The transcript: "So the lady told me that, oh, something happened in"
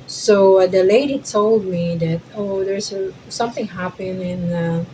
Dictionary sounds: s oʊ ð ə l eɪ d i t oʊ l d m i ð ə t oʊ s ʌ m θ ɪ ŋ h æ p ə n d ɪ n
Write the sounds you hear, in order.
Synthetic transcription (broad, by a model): s oʊ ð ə l eɪ d i t oʊ l d m i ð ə t oʊ s ʌ m θ ɪ ŋ h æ p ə n ɪ n